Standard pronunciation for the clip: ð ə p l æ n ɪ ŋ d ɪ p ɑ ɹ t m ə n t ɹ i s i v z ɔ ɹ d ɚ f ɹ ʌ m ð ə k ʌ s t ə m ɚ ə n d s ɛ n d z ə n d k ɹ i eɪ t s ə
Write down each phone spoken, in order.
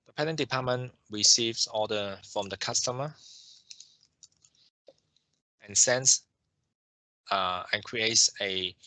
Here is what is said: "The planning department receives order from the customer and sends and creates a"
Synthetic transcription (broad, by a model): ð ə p ɛ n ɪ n d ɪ p ɑ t m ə n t ɹ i s i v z ɔ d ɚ f ɹ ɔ m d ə k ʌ s t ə m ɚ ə n s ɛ n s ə n k ɹ i eɪ t s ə